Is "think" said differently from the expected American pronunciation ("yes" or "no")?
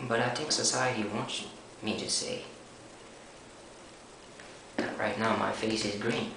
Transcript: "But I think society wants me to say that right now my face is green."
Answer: yes